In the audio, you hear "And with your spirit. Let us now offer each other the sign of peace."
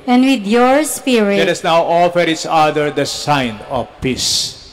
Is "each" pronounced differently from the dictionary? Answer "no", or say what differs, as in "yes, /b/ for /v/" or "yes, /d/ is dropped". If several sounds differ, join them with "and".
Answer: yes, /s/ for /tʃ/